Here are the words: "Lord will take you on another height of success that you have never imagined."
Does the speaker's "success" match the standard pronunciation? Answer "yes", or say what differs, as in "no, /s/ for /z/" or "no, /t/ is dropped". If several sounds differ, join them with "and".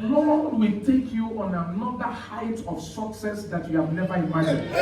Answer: yes